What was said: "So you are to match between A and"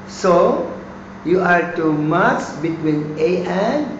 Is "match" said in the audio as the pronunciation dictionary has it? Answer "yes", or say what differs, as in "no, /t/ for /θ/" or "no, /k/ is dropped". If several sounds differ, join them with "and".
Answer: no, /s/ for /tʃ/